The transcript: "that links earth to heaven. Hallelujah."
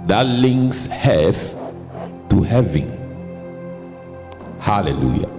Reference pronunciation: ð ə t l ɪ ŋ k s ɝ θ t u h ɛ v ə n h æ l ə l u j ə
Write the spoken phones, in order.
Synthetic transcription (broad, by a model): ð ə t l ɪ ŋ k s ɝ f t u h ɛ v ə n h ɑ l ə l u j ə